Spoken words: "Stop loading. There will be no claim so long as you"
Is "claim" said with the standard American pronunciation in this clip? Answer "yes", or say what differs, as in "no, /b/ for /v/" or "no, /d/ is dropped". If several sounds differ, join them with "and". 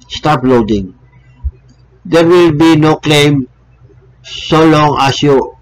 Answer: yes